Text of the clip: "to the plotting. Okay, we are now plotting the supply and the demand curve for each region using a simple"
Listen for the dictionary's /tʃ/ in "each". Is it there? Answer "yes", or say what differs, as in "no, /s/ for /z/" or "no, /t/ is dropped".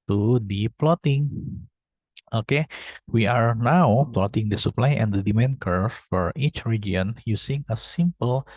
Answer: yes